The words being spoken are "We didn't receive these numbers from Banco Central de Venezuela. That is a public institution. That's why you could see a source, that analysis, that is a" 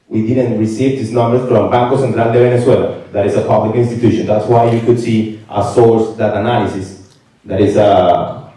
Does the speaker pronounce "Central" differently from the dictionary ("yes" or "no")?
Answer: yes